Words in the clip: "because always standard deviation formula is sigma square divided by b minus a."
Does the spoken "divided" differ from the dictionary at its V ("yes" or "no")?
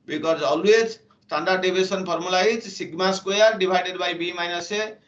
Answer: yes